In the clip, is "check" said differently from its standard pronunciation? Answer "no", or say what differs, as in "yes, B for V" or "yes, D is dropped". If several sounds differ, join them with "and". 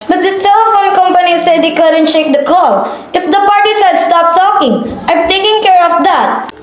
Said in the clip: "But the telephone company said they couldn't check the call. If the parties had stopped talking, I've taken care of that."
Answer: yes, SH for CH